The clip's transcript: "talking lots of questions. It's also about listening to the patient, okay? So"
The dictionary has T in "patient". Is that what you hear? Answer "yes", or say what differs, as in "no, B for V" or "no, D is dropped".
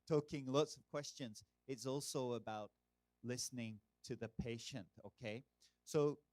yes